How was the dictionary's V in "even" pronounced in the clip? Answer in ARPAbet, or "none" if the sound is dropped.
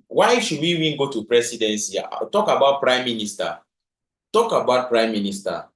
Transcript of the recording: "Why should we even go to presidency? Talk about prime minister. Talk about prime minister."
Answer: W